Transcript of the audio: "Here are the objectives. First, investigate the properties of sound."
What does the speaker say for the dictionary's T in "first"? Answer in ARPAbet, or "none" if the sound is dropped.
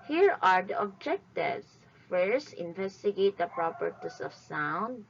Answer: none